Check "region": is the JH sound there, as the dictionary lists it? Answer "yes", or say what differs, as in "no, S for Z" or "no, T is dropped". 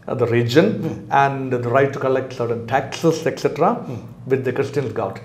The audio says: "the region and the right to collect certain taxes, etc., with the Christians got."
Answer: yes